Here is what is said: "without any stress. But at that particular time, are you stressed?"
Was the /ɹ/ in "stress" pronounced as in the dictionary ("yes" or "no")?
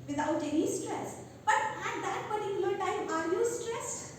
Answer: yes